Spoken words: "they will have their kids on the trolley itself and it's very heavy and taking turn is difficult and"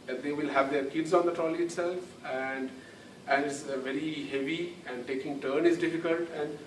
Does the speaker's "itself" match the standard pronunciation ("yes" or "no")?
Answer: yes